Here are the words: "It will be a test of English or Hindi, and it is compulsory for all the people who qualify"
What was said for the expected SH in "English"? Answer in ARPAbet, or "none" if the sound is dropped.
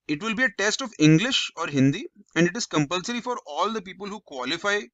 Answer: SH